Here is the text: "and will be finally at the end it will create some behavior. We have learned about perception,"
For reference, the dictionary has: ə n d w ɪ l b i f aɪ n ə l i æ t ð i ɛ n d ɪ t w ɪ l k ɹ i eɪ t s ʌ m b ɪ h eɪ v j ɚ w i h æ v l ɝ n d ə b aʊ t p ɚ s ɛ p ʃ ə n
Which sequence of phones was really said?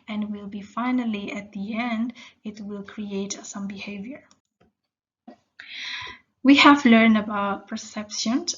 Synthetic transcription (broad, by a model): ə n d w ɪ l b i f aɪ n ə l i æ t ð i ɛ n d ɪ t w ɪ l k ɹ i eɪ t s ʌ m b ɪ h eɪ v j ɚ w i h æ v l ɝ n d ə b aʊ t p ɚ s ɛ p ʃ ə n